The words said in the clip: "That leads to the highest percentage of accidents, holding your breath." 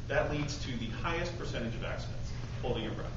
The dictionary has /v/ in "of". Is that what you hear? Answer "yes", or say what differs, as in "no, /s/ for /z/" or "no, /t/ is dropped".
yes